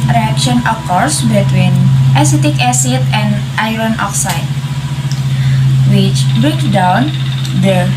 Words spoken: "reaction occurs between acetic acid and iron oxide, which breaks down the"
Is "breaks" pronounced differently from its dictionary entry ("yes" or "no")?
yes